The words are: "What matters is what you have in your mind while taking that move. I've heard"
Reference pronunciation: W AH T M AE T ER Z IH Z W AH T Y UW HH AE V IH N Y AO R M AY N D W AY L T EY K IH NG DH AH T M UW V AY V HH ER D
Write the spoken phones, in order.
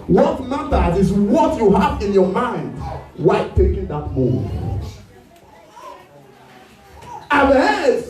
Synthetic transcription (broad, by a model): W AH T M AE T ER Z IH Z W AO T Y UW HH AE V IH N Y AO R M AY N D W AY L T EY K IH NG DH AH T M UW AY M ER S